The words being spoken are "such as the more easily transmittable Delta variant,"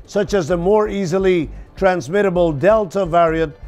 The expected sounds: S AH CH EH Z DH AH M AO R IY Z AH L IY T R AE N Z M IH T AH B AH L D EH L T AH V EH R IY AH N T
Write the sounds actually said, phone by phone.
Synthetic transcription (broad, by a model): S AH CH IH Z DH AH M AO R IY Z AH L IY T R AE N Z M IH T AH B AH L D EH L T AH V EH R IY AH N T